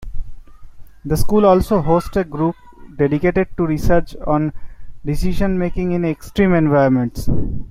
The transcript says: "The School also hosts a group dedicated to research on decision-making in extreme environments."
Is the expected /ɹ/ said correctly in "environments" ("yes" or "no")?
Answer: no